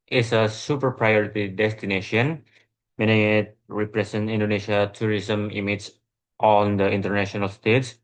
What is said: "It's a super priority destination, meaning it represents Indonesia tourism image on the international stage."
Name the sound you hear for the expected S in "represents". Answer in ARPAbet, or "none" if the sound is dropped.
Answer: none